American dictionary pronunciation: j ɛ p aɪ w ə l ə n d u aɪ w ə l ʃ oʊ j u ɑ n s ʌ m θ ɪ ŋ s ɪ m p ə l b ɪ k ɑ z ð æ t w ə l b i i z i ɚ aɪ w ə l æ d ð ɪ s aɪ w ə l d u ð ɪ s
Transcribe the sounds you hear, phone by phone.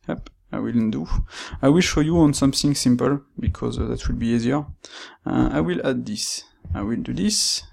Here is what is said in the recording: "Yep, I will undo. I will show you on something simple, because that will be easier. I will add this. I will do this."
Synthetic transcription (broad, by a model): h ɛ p aɪ w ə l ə n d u aɪ w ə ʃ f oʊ j u ɑ n s ʌ m θ ɪ ŋ s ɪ m p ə l b ɪ k ɑ z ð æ t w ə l b i i z i ɚ aɪ w ə l æ d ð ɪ s aɪ w ə l d u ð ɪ s